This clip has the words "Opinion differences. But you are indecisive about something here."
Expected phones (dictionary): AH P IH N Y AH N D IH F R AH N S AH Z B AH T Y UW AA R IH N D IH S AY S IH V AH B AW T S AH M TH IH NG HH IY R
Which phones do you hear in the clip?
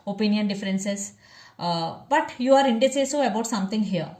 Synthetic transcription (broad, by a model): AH P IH N Y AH N D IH F R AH N S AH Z B AH T Y UW AA R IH N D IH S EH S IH AH B AW T S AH M T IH NG HH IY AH